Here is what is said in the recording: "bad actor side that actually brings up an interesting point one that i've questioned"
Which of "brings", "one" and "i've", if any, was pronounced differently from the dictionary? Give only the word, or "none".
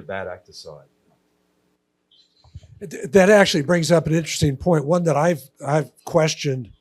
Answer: none